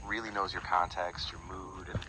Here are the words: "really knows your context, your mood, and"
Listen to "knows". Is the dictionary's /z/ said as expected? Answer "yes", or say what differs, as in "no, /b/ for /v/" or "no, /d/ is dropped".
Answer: yes